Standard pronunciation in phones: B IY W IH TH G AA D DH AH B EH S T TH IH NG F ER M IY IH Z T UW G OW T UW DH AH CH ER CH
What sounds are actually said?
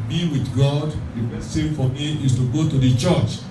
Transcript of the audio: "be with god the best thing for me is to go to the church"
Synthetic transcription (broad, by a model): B IY W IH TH G AA D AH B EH T S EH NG F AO M IY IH S T UW G OW T UW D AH CH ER CH